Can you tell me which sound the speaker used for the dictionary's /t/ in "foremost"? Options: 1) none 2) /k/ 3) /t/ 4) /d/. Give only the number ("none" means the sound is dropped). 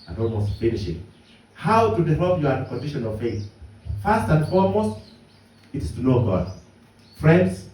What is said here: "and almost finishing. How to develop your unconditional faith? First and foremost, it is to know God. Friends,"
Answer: 3